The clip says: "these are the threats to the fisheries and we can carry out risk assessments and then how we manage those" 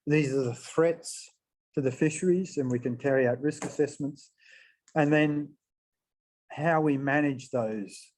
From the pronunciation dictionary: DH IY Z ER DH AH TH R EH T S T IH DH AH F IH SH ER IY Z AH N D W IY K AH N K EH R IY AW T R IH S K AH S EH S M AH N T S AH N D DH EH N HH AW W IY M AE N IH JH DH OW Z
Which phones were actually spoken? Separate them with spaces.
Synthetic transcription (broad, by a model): DH IY Z ER DH AH TH R EH T S T IH DH AH F IH SH ER IY Z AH N W IY K AH N K EH R IY AW T R IH S K AH S EH S M AH N T S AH N DH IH N HH AW W IY M AE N IH JH DH OW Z